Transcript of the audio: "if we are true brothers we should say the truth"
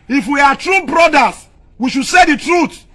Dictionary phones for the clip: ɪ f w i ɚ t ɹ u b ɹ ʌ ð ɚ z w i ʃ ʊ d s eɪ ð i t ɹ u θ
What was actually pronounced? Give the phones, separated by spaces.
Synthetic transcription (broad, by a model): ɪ f w i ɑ t ɹ u b ɹ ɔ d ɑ s w i ʃ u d s eɪ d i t ɹ u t